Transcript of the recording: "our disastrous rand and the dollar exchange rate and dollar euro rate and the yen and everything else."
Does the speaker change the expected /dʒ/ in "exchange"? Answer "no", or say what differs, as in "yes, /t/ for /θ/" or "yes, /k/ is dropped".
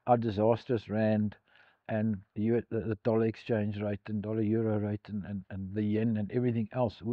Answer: no